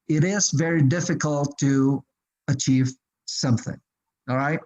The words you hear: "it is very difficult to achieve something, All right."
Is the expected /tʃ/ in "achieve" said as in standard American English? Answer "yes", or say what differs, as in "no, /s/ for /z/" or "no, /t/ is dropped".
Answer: yes